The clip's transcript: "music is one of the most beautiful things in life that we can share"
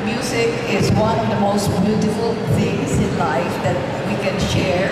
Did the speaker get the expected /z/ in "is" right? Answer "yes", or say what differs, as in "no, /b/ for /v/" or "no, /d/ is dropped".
yes